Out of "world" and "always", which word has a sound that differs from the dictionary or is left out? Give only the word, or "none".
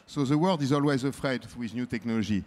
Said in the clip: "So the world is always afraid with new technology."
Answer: none